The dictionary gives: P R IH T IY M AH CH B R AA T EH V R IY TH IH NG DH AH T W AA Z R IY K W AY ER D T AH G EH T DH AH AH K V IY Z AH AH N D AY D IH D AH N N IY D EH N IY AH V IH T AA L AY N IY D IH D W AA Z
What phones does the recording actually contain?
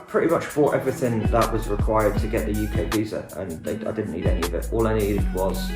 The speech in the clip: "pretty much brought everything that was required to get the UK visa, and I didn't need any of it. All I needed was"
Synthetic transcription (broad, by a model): P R IH T IY M AH CH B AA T EH V R IY TH IH NG DH AH T W AA Z R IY K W AY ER D T AH G EH T DH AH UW K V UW Z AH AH N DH AY D IH D N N IY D EH N IY AH V IH T AA L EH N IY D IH W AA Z